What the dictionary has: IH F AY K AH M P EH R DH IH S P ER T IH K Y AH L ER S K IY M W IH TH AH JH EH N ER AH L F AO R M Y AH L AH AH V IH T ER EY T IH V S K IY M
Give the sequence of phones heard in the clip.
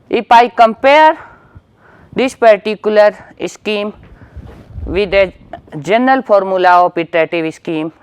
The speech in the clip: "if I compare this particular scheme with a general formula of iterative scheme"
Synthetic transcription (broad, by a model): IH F AY K AH M P EH R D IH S P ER T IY K Y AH L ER S K IY M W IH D AH JH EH N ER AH L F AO R M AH L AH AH P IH T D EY T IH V S K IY M